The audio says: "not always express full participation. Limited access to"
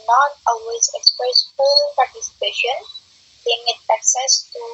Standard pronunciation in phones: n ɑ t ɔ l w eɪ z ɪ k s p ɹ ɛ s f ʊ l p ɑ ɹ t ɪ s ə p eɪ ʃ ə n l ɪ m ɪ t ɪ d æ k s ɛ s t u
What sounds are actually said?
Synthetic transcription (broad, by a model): n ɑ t ɔ l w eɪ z ɪ k s p ɹ ɛ s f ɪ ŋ p ɑ ɹ t ɪ s ə p eɪ ʃ ə n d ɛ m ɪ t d æ k s ɛ s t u